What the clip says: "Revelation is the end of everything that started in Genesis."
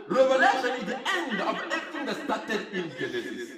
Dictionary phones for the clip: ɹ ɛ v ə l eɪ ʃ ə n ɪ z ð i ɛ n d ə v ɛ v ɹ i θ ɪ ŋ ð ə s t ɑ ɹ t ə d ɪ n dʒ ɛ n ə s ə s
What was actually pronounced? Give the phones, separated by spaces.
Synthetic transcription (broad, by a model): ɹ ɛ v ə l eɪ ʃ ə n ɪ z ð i ɛ n d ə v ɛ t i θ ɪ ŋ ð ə s t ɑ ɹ t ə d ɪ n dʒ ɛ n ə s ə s